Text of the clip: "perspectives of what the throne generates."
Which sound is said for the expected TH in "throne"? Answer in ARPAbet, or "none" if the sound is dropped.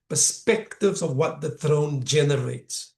TH